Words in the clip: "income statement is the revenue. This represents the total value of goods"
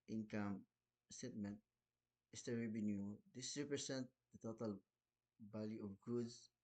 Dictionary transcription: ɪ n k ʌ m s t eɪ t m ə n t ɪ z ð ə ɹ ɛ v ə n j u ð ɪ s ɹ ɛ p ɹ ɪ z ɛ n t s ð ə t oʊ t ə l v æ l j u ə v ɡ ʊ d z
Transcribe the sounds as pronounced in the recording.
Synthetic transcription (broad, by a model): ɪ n k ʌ m s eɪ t m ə n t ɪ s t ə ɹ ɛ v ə n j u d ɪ s ɹ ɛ p ɹ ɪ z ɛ n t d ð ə t oʊ t ə l b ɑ l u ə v ɡ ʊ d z